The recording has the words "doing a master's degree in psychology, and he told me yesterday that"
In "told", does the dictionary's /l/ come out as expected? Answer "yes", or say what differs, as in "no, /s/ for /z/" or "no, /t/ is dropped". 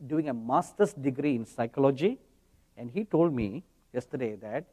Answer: yes